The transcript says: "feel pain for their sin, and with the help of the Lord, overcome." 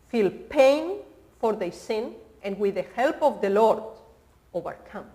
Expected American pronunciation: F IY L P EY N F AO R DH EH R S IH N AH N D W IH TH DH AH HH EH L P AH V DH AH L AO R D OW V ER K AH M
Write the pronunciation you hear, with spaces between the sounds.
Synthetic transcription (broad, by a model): F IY L P EY N F AO R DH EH S IH N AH N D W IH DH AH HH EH L P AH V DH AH L AO R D OW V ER K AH M